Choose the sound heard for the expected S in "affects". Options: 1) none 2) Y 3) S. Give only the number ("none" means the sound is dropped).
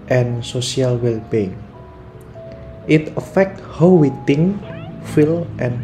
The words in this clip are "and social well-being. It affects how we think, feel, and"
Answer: 1